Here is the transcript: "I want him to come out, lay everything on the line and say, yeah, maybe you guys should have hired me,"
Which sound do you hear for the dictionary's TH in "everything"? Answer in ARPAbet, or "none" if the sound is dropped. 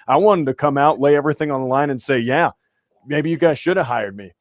TH